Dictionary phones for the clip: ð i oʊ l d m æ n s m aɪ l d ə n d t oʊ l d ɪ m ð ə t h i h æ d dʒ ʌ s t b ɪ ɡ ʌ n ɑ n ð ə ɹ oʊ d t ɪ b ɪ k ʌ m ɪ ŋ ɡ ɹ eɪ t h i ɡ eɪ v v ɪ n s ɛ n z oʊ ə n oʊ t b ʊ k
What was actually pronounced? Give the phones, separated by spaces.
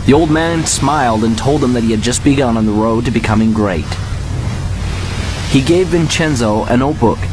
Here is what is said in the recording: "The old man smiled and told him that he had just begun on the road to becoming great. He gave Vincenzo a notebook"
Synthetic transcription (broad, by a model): ð i oʊ l d m æ n s m aɪ l d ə n t oʊ l d ɪ m ð ə t h i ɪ d dʒ ʌ s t b ɪ ɡ ʌ n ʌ n ð ə ɹ oʊ d t ɪ b ɪ k ʌ m ɪ ŋ ɡ ɹ eɪ t h i ɡ eɪ v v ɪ n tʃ ɛ n z oʊ ə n oʊ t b ʊ k